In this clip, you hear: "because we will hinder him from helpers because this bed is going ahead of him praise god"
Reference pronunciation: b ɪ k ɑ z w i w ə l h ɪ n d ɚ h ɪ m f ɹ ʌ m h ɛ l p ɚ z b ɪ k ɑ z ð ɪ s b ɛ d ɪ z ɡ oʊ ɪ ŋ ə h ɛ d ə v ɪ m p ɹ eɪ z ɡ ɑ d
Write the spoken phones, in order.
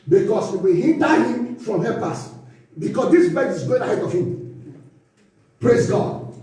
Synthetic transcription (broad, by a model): b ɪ k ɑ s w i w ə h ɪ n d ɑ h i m f ɹ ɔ m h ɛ p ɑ s b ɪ k ɑ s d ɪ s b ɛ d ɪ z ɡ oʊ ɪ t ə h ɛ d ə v ɪ m p ɹ eɪ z ɡ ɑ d